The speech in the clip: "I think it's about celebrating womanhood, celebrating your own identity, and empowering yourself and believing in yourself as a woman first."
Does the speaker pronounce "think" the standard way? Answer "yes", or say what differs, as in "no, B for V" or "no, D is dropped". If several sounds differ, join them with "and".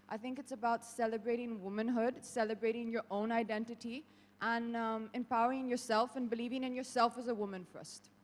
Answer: yes